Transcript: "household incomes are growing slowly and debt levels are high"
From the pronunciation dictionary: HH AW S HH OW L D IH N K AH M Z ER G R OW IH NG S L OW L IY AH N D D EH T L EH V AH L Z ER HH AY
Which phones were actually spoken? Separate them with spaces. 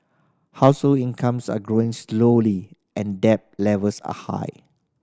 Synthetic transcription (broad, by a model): HH AW S HH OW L IH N K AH M S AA G R OW IH NG S L OW L IY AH N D D EH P L EH V AH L S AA HH AY